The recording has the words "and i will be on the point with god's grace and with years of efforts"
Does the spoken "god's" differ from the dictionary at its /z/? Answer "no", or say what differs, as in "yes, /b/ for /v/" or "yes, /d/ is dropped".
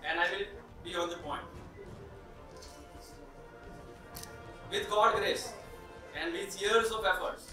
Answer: yes, /z/ is dropped